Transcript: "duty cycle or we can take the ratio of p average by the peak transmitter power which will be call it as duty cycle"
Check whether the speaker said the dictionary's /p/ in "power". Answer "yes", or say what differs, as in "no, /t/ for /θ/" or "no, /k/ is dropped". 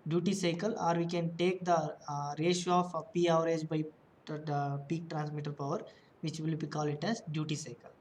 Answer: yes